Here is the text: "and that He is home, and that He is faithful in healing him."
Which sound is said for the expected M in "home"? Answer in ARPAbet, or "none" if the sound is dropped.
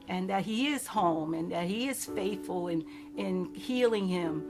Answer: M